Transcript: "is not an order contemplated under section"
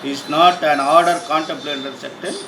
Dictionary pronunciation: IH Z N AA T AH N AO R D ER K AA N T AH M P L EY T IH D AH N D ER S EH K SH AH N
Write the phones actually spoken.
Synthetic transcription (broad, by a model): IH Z N AA T AH N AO R D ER K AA N T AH M P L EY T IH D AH D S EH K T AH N